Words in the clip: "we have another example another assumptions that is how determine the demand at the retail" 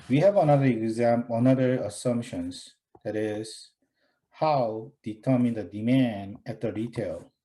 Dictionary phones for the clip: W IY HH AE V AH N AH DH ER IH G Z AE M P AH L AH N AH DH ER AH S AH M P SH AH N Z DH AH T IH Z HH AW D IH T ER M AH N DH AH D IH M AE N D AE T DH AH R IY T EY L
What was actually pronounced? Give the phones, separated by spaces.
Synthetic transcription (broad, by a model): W IY HH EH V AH N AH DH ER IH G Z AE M AH N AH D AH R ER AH S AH M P SH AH N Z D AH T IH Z HH AW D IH T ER M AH N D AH D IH M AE N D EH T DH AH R IY T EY L